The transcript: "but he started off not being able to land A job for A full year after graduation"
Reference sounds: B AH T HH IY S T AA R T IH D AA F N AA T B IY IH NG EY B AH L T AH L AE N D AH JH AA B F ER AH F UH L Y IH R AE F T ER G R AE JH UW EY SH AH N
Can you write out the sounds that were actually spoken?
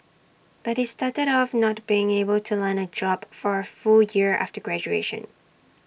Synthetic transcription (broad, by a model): B AH T HH IY S T AA R T IH D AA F N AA T B IY IH NG EY B AH L T AH L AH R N AH JH AA B F ER AH F UH L Y IH R AE F T ER G R AE JH UW EY SH AH N